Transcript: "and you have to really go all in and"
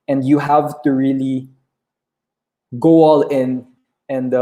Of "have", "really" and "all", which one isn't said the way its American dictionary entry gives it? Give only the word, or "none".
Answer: none